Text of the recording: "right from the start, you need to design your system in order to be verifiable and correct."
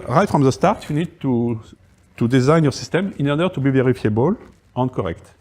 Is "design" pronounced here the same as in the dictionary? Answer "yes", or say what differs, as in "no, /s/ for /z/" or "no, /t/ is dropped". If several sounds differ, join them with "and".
yes